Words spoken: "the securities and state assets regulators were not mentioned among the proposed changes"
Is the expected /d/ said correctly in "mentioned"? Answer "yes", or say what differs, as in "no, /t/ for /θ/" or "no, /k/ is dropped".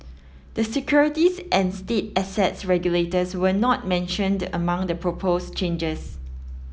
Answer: yes